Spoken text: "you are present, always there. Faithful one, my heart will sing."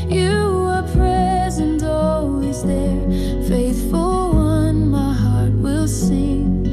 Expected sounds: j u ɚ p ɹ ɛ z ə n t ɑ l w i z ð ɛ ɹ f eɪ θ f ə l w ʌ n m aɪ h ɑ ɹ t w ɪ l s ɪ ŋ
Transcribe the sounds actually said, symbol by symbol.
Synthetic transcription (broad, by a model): j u ɚ p ɹ ɛ z ə n t ɑ l w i z ð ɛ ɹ f eɪ θ f ə l w ʌ n m aɪ h ɑ ɹ t w ɪ l s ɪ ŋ